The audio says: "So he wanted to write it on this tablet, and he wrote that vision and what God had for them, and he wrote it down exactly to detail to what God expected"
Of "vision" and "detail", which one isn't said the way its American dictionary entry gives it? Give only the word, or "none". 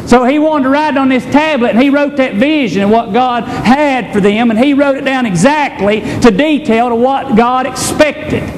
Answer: none